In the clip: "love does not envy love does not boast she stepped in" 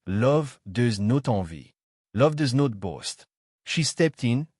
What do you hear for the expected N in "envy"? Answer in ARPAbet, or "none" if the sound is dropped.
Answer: none